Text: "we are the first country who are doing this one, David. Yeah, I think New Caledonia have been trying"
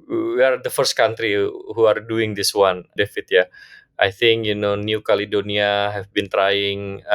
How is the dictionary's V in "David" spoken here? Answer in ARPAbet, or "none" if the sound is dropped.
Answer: F